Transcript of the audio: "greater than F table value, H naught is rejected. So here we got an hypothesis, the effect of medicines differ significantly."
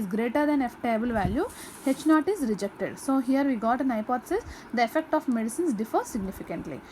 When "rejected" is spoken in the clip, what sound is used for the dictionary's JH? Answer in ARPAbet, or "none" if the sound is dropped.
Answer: JH